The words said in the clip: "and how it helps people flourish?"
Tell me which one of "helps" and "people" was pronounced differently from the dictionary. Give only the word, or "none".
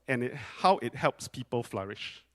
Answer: none